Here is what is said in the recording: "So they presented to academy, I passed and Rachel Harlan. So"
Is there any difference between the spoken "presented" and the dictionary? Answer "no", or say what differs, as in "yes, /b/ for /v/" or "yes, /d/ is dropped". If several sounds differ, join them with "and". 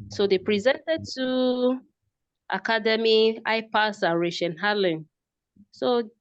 no